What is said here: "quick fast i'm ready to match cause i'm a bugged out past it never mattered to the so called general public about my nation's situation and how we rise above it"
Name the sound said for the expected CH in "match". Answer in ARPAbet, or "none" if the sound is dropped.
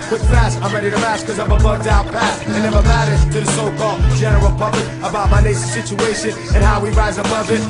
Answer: S